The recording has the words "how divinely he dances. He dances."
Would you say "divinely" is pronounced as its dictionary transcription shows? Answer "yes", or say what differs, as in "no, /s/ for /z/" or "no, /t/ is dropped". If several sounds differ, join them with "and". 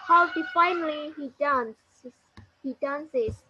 no, /f/ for /v/